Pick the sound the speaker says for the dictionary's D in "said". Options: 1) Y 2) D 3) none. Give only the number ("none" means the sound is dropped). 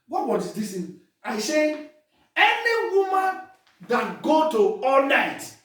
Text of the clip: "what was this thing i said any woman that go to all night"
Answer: 3